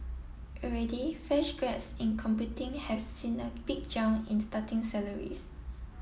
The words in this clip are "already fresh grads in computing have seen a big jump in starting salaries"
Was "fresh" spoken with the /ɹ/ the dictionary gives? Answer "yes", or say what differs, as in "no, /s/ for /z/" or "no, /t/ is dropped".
no, /ɹ/ is dropped